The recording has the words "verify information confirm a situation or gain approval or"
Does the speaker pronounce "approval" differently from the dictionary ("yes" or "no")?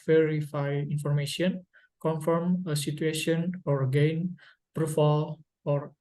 yes